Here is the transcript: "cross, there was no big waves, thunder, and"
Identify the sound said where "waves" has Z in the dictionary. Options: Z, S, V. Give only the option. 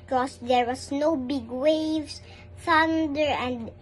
S